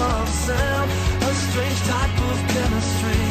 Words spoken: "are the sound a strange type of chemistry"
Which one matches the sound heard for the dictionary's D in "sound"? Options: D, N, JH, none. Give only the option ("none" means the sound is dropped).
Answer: none